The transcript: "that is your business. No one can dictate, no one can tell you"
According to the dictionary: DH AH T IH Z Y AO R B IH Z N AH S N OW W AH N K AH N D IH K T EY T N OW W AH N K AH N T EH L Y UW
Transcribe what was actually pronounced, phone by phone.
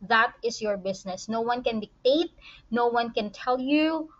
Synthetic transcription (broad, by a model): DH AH T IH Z Y AO R B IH S N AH S N OW W AH N K AH N D IH K T EY T N OW W AH N K AH N T EH L Y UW